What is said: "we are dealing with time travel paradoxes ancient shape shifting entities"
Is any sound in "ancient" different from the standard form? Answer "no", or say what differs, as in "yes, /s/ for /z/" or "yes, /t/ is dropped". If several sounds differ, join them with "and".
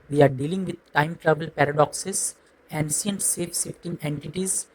yes, /s/ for /ʃ/